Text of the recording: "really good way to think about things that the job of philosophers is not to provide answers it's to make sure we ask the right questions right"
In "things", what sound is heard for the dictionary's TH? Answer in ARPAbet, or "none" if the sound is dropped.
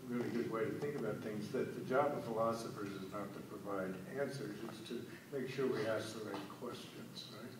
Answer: TH